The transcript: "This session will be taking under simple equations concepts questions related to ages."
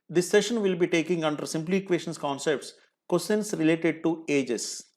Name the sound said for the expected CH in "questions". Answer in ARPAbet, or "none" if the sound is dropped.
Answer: none